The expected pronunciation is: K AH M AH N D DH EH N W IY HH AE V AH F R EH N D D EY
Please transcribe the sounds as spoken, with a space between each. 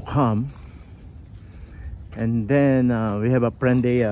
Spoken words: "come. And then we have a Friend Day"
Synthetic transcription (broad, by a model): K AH M AH N D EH N W IY HH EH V AH P R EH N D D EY